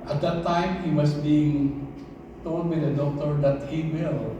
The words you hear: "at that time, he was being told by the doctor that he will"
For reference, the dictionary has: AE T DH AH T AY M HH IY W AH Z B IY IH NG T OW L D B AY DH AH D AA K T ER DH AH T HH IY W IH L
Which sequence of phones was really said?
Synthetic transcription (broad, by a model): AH T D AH T AY M HH IY W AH S B IY IH NG T OW L D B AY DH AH D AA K T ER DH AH T HH IY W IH L